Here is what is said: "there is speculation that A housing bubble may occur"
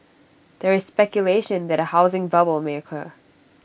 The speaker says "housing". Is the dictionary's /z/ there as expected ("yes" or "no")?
yes